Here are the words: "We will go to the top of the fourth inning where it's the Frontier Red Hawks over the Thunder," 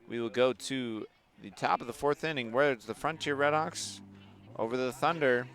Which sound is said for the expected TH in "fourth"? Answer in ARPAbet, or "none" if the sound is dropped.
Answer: TH